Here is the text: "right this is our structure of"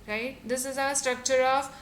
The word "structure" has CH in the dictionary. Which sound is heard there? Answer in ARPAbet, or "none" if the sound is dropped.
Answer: CH